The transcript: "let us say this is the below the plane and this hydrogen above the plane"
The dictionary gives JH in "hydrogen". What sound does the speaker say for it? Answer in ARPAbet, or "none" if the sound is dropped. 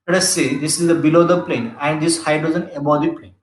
Z